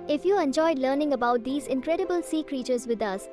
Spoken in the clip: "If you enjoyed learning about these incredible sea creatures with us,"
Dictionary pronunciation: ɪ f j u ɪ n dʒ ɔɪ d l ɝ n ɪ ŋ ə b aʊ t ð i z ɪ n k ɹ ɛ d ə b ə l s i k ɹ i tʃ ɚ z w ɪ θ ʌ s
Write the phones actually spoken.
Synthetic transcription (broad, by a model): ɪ f j u ɪ n dʒ ɔɪ d l ɝ n ɪ ŋ ə b aʊ t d i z ɪ n k ɹ ɛ d ə b ə l s i k ɹ i tʃ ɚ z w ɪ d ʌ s